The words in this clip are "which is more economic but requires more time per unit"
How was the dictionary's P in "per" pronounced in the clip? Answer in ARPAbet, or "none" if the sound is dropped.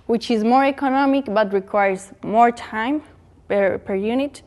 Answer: P